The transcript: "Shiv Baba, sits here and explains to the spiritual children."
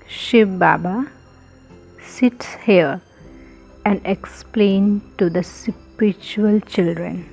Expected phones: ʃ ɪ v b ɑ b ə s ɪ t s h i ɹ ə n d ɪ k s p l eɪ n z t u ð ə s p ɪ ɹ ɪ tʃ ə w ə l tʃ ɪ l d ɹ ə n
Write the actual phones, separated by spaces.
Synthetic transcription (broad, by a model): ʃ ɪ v b ɑ b ə s ɪ t s h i ɹ ə n d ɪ k s p l eɪ n t u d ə s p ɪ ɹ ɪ tʃ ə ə l tʃ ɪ l d ɹ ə n